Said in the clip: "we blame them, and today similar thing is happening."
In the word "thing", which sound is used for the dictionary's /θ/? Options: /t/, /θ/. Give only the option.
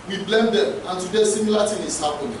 /t/